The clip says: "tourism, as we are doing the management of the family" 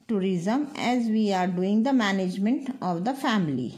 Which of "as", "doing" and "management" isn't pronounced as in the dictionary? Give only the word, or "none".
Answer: none